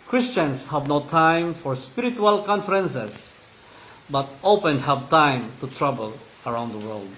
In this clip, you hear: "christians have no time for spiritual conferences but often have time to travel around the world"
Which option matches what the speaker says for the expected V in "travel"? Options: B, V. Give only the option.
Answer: B